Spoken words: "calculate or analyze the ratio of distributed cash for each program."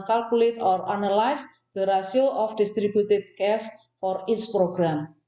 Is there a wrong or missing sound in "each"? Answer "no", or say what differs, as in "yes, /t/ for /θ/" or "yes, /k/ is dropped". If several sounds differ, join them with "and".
yes, /s/ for /tʃ/